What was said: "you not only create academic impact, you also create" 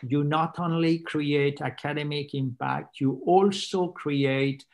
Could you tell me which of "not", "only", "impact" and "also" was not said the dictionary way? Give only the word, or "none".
none